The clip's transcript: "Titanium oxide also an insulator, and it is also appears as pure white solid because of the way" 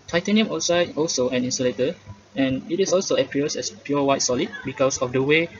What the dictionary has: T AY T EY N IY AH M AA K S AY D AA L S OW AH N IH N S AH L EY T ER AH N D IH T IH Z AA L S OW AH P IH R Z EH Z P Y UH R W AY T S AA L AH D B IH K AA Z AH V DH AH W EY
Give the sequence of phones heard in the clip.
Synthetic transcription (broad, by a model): T AY T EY N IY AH M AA S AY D AA L S OW AH N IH N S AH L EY T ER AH N IH T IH S AA L S OW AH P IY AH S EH S P Y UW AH W AY T S AA L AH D B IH K AA S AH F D AH W EY